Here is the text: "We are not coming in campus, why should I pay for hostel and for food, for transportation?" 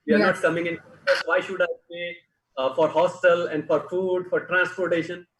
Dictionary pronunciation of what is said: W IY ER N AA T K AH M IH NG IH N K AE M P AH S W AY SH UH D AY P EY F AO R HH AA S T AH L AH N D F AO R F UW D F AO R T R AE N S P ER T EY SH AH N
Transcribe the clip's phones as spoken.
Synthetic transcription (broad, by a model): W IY ER N AA T K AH M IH NG IH N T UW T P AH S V AY SH UH D AY B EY F AO R HH AA S T AH L AH N D F AO R F UW D F AO R T R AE N S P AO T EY SH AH N